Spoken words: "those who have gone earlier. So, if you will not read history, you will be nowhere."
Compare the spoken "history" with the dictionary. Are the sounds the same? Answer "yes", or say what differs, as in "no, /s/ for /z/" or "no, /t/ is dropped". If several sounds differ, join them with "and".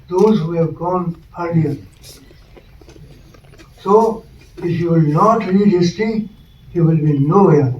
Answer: no, /ɹ/ is dropped